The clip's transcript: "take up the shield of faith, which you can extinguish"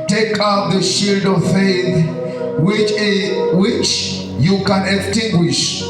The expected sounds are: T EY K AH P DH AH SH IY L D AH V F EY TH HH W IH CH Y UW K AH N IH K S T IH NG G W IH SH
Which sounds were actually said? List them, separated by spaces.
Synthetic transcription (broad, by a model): T EY K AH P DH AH SH IY L D AH V F EY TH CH W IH CH Y UW K AH N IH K S T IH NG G W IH SH